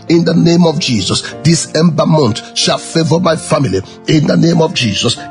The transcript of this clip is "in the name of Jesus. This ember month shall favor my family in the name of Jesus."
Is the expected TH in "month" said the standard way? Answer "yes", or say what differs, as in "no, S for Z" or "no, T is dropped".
no, T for TH